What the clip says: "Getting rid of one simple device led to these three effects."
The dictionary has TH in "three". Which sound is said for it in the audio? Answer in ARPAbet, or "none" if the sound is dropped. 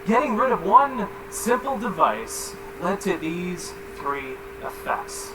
TH